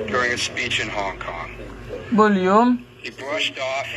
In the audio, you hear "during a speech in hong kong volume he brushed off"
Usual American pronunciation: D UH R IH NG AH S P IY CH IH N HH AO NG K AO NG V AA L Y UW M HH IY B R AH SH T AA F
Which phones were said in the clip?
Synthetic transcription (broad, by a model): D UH R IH NG AH S P IY CH IH N HH AO NG K AO NG B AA L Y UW M HH IY B R AH SH T AA F